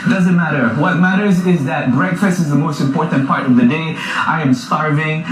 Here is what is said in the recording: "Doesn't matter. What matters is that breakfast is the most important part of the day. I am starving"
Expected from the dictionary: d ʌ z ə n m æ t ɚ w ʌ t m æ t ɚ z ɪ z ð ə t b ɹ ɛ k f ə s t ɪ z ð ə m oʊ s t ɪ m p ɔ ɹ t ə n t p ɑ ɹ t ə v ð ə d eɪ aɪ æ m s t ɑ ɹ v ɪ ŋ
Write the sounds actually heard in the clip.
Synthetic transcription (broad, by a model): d ʌ z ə n m æ t ɚ w ʌ t m æ t ɚ z ɪ z ð ə t b ɹ ɛ k f ə s t ɪ z ð ə m oʊ s t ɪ m p ɔ ɹ t n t p ɑ ɹ t ə v ð ə d eɪ aɪ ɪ m s t ɑ ɹ v ɪ ŋ